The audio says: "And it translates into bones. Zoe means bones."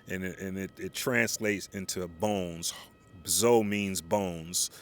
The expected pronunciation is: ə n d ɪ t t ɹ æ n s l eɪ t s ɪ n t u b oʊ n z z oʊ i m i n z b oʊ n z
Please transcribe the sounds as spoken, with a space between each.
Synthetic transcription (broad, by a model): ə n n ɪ t t ɹ æ n s l eɪ t s ɪ n t u b oʊ n z z oʊ i m i n z b oʊ n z